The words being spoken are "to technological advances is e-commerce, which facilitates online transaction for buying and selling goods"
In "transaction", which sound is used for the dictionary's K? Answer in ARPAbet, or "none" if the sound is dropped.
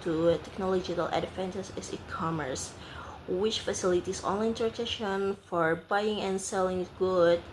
none